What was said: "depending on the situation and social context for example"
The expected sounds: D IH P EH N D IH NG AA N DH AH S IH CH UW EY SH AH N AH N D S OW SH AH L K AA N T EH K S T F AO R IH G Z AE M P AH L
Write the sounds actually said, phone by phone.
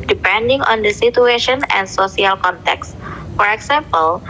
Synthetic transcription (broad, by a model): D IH P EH N D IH NG AA N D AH S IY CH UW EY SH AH N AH N S OW S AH L K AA N T EH K S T F AO R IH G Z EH M P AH L